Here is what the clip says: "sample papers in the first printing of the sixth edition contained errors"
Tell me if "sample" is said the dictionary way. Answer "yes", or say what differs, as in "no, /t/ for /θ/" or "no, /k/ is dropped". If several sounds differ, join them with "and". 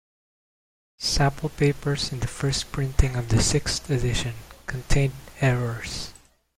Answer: no, /m/ is dropped